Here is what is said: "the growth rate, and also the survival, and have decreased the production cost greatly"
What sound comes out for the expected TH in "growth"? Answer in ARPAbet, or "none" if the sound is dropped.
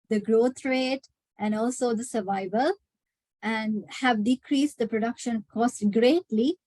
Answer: T